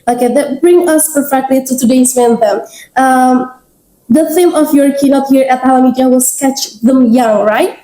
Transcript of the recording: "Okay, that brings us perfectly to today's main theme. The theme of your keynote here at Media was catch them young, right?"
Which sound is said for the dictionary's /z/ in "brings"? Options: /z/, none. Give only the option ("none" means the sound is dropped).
none